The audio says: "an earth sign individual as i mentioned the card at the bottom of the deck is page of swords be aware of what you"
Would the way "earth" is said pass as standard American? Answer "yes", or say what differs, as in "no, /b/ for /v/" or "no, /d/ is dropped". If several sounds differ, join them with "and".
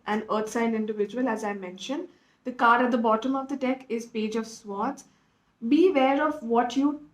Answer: no, /t/ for /θ/